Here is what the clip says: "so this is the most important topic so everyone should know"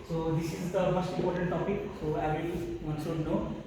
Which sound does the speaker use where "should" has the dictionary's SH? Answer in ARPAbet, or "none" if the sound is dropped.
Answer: S